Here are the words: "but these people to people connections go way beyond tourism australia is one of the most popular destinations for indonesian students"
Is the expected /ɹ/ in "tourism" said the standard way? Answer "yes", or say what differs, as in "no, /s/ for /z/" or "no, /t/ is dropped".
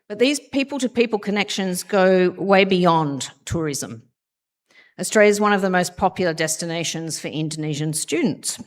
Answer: yes